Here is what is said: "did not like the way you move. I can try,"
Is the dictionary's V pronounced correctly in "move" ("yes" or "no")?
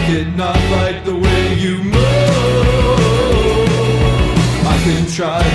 no